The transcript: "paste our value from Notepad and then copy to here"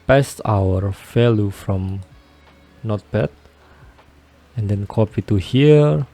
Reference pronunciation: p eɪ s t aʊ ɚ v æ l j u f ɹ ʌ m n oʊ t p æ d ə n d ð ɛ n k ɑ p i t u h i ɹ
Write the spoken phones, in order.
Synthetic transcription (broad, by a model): p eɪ s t aʊ ɚ f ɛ l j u f ɹ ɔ m n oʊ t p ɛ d ə n d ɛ n k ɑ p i t u h i ɹ